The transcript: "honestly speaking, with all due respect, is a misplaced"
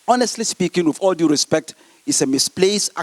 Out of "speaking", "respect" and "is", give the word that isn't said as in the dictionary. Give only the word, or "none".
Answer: is